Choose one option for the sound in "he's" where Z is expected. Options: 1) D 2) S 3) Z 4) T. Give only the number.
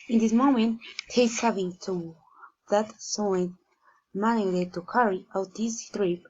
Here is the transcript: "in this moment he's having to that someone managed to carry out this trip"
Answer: 2